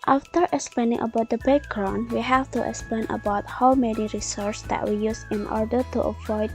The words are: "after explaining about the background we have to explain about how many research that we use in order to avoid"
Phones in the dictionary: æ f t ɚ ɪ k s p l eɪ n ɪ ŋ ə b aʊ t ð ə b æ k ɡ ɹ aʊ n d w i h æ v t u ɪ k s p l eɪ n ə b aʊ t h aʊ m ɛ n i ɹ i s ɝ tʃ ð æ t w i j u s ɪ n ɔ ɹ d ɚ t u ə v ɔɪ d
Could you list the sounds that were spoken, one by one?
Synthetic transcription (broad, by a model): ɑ f t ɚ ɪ k s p l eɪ n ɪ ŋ ə b aʊ t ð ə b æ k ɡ ɹ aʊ n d w i h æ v t u ɪ k s p l eɪ n ə b aʊ t h aʊ m ɛ n i ɹ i s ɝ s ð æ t w i j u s ɪ n ɔ ɹ d ɚ t u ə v ɔɪ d